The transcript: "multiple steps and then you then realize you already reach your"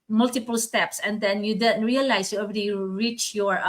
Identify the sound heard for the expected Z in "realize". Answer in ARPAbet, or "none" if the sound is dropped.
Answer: S